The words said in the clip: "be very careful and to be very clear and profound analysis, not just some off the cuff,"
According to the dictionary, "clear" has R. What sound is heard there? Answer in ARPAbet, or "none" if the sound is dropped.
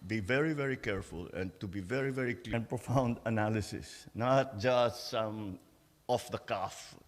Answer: L